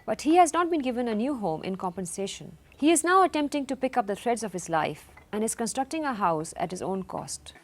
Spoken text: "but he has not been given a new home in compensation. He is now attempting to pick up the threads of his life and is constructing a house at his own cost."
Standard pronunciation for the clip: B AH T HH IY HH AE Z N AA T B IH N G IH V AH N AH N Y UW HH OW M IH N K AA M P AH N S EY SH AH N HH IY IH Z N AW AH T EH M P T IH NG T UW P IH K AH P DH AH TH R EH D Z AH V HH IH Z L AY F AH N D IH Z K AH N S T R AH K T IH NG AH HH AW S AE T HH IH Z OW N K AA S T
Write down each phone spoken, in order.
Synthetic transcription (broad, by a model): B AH T HH IY HH AE Z N AA T B IH N G IH V AH N AH N Y UW HH OW M IH N K AA M P AH N S EY SH AH N HH IY IH Z N AW AH T EH M P T IH NG T UW P IH K AH P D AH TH R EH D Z AH V HH IH Z L AY F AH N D IH Z K AH N S T R AH K T IH NG AH HH AW S AE T HH IH Z OW N K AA S T